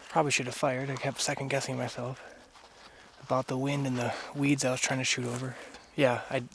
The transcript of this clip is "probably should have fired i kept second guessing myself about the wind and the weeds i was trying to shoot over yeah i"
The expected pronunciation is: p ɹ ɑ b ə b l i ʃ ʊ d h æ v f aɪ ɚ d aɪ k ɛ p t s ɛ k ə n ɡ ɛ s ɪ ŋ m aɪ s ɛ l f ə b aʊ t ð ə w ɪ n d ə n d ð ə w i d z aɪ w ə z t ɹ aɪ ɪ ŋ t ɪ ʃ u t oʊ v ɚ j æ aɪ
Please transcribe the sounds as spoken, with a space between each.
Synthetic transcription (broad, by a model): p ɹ ɑ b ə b l i ʃ ʊ d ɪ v f aɪ ɚ d aɪ k ɛ p t s ɛ k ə n ɡ ɛ s ɪ ŋ m aɪ s ɛ l f ə b aʊ t ð ə w ɪ n d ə n ð ə w i d z aɪ w ə z t ɹ aɪ ɪ ŋ t ɪ ʃ u t oʊ v ɚ j æ aɪ